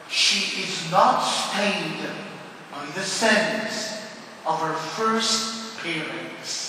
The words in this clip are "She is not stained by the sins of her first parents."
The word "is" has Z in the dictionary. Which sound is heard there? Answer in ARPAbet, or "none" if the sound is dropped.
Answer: Z